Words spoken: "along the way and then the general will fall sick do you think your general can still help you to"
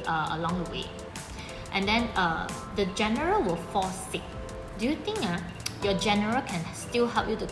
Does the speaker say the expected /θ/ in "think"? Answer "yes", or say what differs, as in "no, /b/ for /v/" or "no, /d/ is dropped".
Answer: no, /t/ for /θ/